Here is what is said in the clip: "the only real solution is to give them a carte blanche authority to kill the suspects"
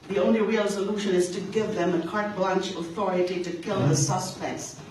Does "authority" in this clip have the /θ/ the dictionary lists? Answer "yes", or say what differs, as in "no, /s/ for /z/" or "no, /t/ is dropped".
yes